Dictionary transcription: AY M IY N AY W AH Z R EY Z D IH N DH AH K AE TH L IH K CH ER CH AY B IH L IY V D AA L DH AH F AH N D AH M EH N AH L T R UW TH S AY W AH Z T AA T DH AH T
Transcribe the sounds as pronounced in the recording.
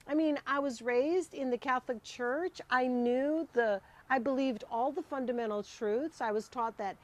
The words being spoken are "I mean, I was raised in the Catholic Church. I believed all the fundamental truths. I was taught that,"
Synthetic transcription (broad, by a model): AY M IY N AY W AH Z R EY Z D IH N DH AH K AE TH L IH K CH ER CH AY B IH L IY V D AA L DH AH F AH N D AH M EH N L T R UW TH S AY W AH Z T AA T DH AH T